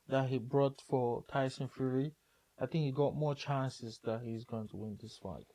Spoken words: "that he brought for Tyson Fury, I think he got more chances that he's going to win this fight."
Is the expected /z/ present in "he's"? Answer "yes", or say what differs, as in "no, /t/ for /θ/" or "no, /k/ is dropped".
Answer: yes